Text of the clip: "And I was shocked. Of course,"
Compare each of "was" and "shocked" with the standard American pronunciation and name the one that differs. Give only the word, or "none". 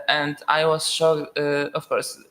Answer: shocked